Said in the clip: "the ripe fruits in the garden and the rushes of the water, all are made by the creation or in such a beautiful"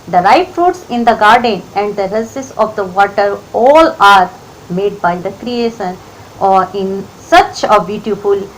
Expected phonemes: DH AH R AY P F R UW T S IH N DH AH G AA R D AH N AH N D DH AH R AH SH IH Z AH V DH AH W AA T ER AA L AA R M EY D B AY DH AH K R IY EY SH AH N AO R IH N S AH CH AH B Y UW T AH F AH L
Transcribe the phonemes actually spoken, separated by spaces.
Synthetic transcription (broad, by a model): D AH R AY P F R UW T S IH N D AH G AA R D AH N AH N D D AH R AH S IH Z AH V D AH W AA T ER AA L AA R M EY D B AY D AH K R IY EY SH AH N AO R IH N S AH CH AH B Y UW T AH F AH L